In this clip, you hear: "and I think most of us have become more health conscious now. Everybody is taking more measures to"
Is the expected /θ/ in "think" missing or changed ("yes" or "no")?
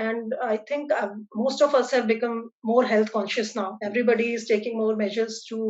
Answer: yes